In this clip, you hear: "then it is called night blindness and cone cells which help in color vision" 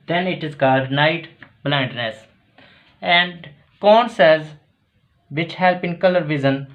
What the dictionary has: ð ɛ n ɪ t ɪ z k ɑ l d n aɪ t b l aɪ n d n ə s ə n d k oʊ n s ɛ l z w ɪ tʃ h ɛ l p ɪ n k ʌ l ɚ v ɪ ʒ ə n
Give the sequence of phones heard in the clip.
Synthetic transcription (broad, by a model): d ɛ n ɪ t ɪ z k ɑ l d n aɪ t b l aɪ n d n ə s ə n d k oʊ n s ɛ z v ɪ tʃ h ɛ l p ɪ n k ʌ l ɚ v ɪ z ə n